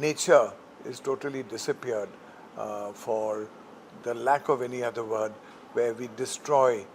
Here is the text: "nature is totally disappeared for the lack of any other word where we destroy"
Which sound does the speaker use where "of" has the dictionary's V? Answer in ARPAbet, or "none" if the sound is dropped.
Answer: V